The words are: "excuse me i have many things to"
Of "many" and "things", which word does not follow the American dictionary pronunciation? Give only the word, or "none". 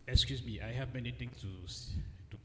things